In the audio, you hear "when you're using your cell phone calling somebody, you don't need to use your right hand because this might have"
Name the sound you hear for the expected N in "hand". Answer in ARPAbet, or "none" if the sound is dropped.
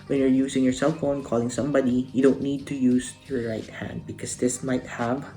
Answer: N